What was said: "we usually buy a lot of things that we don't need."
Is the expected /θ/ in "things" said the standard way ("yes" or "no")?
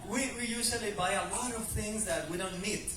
yes